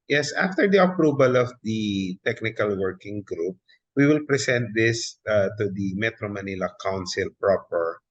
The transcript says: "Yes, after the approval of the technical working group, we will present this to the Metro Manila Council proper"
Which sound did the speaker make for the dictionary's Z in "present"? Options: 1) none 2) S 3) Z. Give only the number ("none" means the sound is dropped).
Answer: 2